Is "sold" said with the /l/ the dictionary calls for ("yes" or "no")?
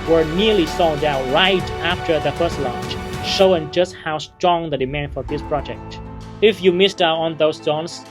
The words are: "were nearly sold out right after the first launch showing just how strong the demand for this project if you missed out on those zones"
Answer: no